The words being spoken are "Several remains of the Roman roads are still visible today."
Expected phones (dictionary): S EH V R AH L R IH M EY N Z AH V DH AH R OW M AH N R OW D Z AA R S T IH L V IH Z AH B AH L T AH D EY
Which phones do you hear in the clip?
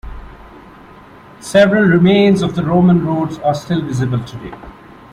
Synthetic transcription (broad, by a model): S EH V R AH L R IH M EY N Z AH V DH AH R OW M AH N R OW D Z AA R S T IH L V IH Z AH B AH L T AH D EY